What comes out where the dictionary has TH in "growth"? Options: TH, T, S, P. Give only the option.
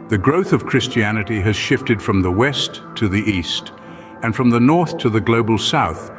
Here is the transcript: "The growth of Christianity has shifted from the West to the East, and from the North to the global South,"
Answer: TH